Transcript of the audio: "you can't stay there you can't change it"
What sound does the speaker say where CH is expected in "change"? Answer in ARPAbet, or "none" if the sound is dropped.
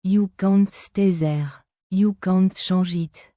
SH